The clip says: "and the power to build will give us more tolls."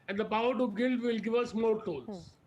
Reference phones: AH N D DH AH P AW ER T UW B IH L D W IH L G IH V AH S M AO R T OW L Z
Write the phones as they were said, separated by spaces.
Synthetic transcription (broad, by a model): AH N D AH P AW ER T UW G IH L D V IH L G IH V AH S M AO R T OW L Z